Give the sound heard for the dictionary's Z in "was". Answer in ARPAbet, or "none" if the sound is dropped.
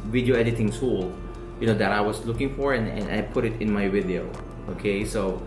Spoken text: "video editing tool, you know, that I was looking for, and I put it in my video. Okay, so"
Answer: S